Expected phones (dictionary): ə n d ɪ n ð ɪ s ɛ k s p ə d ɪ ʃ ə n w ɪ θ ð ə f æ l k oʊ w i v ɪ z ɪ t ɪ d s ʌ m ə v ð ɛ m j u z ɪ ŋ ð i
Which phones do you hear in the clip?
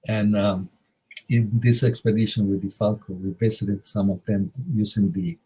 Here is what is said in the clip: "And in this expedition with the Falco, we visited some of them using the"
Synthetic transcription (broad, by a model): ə n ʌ ɪ n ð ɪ s ɛ k s p ə d ɪ ʃ ə n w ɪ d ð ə f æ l k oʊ w i b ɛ s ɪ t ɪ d s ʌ m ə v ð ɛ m j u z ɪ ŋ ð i